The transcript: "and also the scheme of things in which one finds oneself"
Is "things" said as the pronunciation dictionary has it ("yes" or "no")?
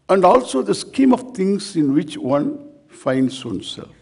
no